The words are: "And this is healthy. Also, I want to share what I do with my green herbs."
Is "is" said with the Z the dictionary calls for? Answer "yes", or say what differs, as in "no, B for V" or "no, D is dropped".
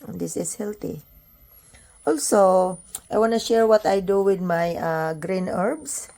no, S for Z